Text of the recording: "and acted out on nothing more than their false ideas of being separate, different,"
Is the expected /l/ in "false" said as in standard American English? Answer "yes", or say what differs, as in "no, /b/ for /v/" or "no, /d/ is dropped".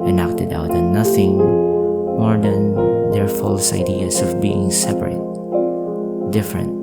yes